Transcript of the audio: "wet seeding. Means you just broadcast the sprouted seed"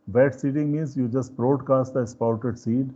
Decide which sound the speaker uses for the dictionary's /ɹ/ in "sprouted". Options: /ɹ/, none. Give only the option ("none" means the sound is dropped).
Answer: none